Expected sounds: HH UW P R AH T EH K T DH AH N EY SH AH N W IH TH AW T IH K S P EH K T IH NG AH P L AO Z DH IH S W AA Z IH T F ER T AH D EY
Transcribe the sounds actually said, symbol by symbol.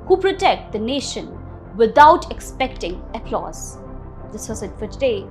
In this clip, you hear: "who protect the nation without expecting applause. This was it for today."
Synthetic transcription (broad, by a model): HH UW P R AH T EH K T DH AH N EY SH AH N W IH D AW T IH K S P EH K T IH NG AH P L AO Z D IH S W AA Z IH T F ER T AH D EY